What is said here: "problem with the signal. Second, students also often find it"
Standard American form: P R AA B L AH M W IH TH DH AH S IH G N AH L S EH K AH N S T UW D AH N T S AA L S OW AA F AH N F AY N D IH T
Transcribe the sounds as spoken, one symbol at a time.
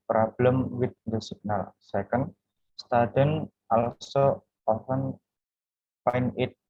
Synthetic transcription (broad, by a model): P R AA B L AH M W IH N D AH S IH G N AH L S EH K AH N S T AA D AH N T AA L S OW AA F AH N P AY N IH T